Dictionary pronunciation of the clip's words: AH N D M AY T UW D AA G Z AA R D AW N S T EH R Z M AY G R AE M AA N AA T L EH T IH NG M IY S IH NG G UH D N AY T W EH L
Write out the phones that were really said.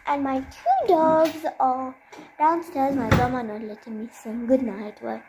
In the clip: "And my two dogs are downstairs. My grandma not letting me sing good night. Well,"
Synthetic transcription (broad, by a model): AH N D M AY T UW D AA G Z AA L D AW N S T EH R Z M AY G AH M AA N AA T L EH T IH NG M IY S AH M G UH D N AY T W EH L